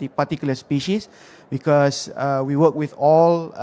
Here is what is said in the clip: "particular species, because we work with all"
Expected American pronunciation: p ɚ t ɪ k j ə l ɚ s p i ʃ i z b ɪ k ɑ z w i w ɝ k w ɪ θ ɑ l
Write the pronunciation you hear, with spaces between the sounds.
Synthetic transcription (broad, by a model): p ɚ t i k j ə l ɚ s p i ʃ i s b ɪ k ɑ s w i w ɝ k w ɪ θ ɑ l